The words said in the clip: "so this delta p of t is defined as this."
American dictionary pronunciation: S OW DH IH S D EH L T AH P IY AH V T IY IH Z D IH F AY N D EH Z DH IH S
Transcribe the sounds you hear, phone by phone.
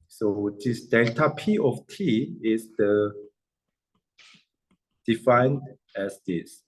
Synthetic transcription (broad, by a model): S OW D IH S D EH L T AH P IY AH F T IY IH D D IH F AY N D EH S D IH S